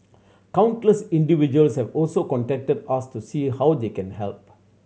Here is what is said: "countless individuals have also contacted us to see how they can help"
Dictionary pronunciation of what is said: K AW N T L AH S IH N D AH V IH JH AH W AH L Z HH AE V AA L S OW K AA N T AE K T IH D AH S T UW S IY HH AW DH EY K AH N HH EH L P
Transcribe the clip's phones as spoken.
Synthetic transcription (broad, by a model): K AW N T L AH S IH N D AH V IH JH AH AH L S HH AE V AA L S OW K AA N T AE K T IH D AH S T UW S IY HH AW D EY K AH N HH EH L P